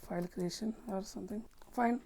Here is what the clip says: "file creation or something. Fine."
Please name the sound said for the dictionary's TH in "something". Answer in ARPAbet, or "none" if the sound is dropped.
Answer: T